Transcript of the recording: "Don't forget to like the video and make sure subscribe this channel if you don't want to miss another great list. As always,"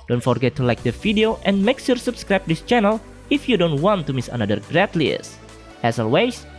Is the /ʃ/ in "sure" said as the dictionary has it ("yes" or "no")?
no